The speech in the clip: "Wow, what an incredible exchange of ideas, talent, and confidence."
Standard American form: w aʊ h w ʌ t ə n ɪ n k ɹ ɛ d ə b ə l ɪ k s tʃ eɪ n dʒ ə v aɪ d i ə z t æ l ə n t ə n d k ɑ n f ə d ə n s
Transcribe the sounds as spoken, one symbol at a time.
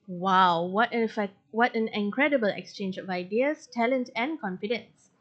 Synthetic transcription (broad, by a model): w aʊ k w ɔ t ə n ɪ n k ɹ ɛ d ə b ə l ɪ k s tʃ eɪ n dʒ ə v aɪ d i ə s t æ l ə n t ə n k ɑ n f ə d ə n s